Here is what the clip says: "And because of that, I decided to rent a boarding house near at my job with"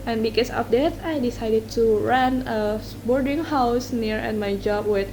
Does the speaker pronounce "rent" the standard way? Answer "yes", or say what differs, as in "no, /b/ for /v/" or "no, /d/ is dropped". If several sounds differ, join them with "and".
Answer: no, /t/ is dropped